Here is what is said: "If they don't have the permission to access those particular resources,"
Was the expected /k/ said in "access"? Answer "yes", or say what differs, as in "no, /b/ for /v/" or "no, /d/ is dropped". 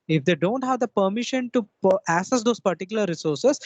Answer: no, /k/ is dropped